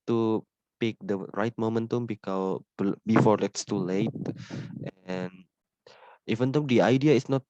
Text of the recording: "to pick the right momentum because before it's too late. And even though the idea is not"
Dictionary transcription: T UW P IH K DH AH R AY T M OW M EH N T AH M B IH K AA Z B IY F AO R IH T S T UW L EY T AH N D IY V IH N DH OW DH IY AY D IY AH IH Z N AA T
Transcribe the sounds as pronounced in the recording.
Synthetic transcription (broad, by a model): T UW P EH K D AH R AY T M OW M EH N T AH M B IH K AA B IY F AO L IH T S T UW L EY T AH N IY V IH N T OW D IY AY D IY AH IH S N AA T